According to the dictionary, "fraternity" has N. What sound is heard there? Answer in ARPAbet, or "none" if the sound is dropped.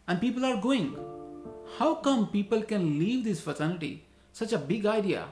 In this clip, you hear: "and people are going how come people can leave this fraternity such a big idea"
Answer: L